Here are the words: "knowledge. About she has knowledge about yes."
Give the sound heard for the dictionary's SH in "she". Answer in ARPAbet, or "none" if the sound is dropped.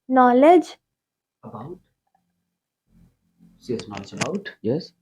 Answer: S